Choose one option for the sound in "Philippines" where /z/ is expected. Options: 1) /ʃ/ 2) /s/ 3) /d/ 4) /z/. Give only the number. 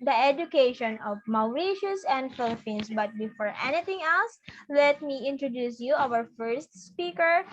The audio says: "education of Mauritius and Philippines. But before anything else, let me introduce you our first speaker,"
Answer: 2